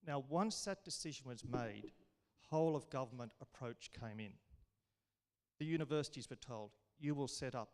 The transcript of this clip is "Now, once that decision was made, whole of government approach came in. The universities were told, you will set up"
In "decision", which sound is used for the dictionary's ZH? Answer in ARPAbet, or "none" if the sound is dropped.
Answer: ZH